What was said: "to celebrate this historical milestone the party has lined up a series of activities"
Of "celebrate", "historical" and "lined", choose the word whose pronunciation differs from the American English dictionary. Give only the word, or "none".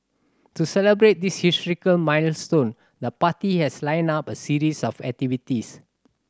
lined